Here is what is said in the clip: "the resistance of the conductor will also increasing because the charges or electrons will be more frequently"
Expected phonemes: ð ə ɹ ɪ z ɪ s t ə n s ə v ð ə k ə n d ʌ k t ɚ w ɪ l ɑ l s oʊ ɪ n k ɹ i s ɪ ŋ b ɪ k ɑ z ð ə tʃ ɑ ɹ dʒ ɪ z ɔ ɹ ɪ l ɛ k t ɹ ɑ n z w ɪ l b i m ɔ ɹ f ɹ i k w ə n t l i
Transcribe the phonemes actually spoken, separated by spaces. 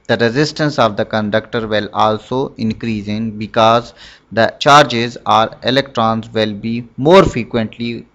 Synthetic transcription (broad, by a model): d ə ɹ ɪ z ɪ s t ə n s ə v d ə k ə n d ʌ k t ɚ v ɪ l ɑ l s oʊ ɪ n k ɹ i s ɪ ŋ b ɪ k ɑ z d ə tʃ ɑ ɹ dʒ ɪ z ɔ ɹ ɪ l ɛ k t ɹ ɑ n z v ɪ l b i m ɔ ɹ f ɹ i k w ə n t l i